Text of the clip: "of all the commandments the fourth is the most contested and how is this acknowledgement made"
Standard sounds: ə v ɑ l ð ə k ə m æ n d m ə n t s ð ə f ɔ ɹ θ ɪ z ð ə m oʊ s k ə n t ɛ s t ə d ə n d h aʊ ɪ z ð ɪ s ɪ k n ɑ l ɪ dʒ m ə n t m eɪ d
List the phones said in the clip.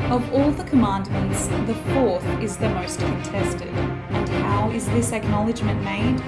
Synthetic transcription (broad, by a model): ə v ɑ l ð ə k ə m æ n d m ə n t s ð ə f ɔ ɹ θ ɪ z ð ə m oʊ s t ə n t ɛ s t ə d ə n h aʊ ɪ z ð ɪ s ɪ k n ɑ l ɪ dʒ m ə n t m eɪ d